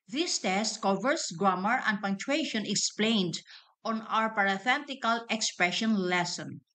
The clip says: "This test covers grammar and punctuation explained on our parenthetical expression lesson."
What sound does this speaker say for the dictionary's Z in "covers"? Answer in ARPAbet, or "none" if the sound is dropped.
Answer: S